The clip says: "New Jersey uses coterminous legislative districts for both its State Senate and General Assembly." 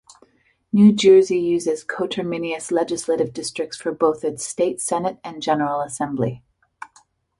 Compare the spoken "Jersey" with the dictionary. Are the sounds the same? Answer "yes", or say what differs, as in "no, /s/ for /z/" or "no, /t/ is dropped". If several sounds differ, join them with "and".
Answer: yes